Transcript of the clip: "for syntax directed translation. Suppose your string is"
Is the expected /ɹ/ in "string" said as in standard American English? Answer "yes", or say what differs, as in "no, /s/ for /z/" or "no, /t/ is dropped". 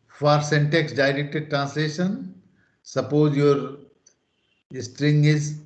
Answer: yes